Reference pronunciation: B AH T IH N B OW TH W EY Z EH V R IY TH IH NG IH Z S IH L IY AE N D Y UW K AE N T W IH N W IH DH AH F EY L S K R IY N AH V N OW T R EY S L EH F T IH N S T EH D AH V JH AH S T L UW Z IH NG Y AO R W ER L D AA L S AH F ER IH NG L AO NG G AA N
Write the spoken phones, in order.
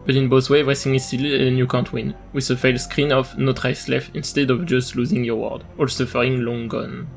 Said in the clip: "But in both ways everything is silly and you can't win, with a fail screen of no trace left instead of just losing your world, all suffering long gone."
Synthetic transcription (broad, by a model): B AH T IH N B OW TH W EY EH V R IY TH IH NG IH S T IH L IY N Y UW K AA N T W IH N W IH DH AH F EY L S K R IY N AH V N OW T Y S L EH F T IH N S T EH D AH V JH AH S T L UW Z IH NG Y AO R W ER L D AA L S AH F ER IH NG L AO NG G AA N